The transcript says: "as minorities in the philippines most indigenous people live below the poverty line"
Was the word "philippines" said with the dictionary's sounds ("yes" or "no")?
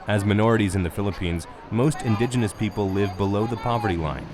yes